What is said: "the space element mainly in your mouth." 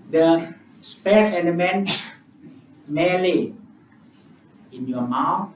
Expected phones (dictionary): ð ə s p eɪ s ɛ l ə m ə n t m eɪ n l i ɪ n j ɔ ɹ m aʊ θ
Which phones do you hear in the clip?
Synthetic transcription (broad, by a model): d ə s p eɪ s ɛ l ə m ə n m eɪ l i ɪ n j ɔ m aʊ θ